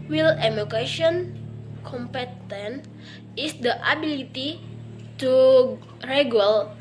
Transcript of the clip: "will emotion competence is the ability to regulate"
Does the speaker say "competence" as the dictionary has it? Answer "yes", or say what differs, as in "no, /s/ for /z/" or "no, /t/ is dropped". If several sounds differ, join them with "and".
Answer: no, /s/ is dropped